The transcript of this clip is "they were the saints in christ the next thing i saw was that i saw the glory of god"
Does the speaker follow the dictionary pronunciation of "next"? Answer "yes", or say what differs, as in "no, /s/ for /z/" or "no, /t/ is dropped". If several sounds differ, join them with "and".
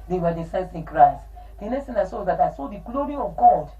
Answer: no, /k/ is dropped